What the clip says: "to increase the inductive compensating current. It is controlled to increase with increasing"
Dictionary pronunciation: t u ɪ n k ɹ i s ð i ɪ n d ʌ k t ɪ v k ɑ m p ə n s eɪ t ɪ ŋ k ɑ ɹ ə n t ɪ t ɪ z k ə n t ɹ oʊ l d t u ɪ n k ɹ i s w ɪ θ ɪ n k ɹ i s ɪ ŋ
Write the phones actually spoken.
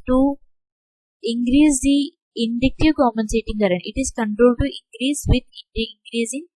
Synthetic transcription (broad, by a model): t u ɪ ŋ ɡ ɹ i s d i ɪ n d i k t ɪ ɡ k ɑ m ə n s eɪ t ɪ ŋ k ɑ ɹ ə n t ɪ t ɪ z k ə n t ɹ oʊ l d t u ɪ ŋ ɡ ɹ i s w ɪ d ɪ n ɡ ɹ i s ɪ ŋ